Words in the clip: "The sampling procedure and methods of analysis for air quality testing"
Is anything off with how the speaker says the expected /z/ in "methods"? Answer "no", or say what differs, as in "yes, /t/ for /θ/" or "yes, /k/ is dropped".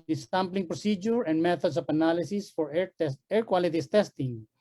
yes, /s/ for /z/